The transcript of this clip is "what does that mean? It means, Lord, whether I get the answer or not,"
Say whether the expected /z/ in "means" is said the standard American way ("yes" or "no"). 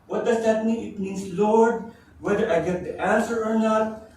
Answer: no